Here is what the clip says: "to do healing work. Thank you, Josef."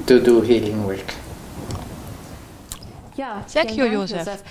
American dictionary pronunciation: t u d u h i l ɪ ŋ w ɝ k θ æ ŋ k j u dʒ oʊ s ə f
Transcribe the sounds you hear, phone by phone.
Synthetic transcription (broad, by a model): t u d u h i l ɪ ŋ w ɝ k s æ k j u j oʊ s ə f